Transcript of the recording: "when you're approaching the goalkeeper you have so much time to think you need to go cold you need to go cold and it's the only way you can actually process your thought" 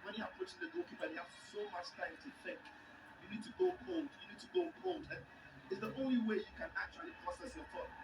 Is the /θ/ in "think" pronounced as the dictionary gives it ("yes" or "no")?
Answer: no